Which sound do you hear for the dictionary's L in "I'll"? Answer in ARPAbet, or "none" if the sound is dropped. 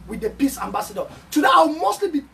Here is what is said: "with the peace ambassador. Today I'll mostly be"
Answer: W